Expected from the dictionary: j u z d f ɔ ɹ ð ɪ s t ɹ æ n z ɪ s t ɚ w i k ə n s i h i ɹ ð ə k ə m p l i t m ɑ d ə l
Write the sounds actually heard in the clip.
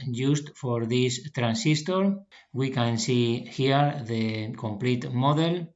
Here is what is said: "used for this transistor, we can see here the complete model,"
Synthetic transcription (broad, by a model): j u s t f ɔ ɹ ð ɪ s t ɹ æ n s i s t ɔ w i k ə n s i h i ɹ ð ə k ə m p l i t m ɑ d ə l